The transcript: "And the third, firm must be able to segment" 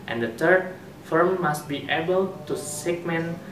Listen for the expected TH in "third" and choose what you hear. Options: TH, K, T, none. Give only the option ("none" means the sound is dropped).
T